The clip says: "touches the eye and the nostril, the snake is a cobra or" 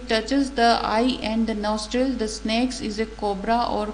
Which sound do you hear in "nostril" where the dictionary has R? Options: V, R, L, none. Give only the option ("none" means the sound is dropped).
R